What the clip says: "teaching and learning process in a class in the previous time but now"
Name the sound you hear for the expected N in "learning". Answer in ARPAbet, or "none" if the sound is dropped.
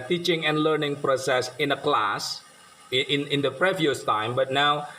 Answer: N